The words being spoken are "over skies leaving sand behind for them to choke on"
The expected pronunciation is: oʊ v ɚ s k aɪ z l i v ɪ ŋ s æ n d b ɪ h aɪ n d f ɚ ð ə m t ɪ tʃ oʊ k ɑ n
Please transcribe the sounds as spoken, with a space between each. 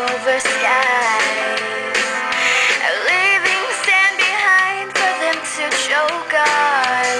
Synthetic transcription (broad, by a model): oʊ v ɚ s aɪ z l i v ɪ ŋ s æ n b ɪ h aɪ n d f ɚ ð ə m t ɪ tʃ oʊ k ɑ